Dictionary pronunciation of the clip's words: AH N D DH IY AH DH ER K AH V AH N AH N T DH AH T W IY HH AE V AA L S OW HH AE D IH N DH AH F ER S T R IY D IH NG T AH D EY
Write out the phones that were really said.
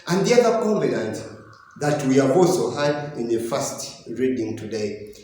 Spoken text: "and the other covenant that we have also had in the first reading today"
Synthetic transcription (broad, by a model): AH N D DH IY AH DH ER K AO B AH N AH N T DH AH T W IY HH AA V AA L S OW HH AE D IH N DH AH F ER S T R IY D IH NG T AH D EY